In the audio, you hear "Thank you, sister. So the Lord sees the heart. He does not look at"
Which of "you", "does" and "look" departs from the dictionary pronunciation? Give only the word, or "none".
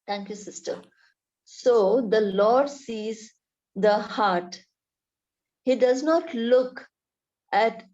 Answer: none